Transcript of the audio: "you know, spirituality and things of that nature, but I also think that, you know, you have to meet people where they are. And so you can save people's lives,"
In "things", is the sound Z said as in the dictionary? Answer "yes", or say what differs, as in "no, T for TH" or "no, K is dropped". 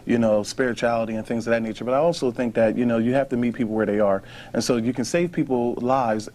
yes